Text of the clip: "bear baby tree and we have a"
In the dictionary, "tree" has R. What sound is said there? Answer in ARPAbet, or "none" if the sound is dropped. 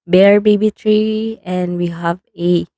R